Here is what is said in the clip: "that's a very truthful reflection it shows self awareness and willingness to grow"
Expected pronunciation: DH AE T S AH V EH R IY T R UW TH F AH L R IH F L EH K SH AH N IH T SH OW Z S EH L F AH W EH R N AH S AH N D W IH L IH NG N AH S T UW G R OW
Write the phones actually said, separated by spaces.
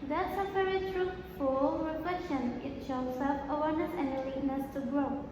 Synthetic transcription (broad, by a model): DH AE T S AH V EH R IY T R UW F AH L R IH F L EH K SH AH N IH T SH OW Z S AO F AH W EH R N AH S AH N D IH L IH N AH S T UW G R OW